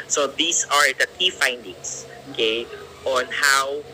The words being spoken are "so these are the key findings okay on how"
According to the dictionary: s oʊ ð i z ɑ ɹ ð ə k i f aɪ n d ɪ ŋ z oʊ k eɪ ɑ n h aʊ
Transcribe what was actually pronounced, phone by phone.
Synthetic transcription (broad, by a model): s oʊ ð i s ɑ ɹ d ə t i f aɪ n d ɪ ŋ s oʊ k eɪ ɑ n h aʊ